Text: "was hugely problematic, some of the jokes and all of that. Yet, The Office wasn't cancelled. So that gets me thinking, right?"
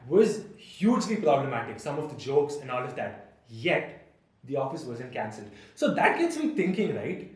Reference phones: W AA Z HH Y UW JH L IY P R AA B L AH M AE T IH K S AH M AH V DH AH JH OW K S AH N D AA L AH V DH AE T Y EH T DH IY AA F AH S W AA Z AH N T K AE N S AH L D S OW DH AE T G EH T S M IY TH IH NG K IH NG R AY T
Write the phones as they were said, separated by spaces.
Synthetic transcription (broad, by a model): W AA Z HH Y UW JH L IY P R AA B L AH M AE T IH K S AH M AH V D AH JH OW K S AH N D AA L AH V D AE T Y EH T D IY AA F AH S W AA Z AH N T K AE N S AH L D S OW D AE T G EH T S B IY T IH NG K IH NG R AY T